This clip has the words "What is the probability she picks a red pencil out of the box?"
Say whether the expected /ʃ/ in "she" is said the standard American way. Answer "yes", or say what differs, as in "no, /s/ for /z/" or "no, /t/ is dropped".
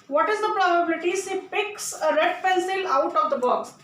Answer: no, /s/ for /ʃ/